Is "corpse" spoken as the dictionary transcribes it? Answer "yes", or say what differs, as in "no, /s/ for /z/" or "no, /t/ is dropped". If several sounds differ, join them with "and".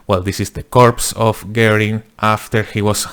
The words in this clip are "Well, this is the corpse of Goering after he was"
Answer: yes